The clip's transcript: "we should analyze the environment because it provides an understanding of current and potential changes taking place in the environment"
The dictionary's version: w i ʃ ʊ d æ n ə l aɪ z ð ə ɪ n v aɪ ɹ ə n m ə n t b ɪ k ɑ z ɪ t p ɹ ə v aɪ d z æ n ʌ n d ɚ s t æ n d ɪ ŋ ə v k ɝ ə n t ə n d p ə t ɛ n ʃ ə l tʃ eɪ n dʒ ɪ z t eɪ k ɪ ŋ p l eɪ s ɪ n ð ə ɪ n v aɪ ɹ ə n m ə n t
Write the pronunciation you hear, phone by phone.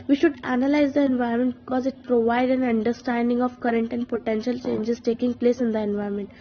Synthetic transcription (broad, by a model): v i ʃ ʊ d æ n ə l aɪ z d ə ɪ n v aɪ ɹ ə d m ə n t b ɪ k ɑ z ɪ t p ɹ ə v aɪ d æ n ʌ n d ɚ s t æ n d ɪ ŋ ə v k ɝ ə n t ə n d p ə t ɛ n ʃ ə l tʃ eɪ n dʒ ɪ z t eɪ k ɪ ŋ p l eɪ s ɪ n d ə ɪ n v aɪ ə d m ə n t